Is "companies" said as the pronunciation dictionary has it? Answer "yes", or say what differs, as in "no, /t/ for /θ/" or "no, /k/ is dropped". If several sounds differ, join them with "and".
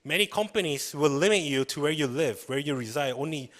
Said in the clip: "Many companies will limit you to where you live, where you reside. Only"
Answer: no, /s/ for /z/